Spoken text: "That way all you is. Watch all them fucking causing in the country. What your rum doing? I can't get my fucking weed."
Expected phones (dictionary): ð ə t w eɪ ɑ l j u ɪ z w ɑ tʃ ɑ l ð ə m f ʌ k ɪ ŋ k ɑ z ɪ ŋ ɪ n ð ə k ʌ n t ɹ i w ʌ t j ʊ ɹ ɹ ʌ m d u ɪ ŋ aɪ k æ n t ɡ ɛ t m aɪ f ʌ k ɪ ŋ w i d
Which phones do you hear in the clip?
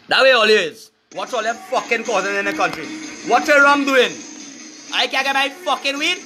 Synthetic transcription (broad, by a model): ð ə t w eɪ ɑ l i ɪ z w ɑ s ɑ l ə f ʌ k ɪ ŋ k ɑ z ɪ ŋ ɪ n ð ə k ʌ n t ɹ i w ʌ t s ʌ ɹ ɹ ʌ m d u ɪ ŋ aɪ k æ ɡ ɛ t m aɪ f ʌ k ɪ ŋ w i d